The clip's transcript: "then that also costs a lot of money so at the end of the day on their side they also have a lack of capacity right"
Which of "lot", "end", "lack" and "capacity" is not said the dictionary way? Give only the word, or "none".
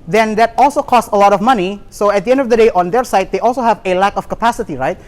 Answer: none